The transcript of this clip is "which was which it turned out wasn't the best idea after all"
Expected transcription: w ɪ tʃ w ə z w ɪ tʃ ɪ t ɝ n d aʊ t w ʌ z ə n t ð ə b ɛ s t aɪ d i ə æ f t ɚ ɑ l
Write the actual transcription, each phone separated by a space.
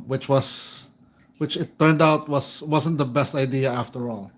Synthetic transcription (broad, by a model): w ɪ tʃ w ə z w ɪ tʃ ɪ t ɝ n d aʊ t w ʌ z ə n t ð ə b ɛ s t aɪ d i ə æ f t ɚ ɑ l